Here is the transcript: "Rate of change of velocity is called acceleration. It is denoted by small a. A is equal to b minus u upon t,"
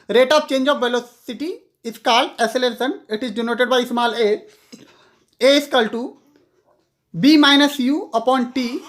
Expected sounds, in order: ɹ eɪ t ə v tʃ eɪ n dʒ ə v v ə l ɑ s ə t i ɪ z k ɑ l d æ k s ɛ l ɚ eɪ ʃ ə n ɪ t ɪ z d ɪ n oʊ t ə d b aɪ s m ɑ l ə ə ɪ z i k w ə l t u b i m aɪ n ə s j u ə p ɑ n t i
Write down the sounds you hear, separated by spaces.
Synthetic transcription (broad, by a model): ɹ eɪ t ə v tʃ eɪ n dʒ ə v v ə l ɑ s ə t i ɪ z k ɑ l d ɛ s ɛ l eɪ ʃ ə n ɪ t ɪ z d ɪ n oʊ t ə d b aɪ s m ɑ l ə ə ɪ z k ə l t u b i m aɪ n ə s j u ə p ɑ n t i